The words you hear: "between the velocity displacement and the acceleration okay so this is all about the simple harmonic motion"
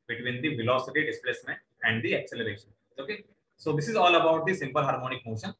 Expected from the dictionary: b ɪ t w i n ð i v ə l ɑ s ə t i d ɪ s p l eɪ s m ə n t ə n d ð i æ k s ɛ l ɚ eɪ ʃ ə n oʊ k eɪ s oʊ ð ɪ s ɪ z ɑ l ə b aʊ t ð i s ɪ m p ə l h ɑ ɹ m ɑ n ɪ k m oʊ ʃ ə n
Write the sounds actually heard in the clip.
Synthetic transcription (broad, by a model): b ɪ t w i n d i v ə l ɑ s ə t i d ɪ s p l eɪ s m ə n t ə n d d i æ k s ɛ l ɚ eɪ ʃ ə n oʊ k eɪ s oʊ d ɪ s ɪ z ɑ l ə b aʊ t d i s ɪ m p ə l h ɑ ɹ m ɑ n ɪ k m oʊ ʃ ə n